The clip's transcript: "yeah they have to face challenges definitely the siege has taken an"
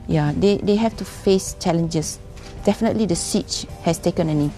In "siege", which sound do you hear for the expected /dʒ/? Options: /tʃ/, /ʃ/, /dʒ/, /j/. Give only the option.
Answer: /tʃ/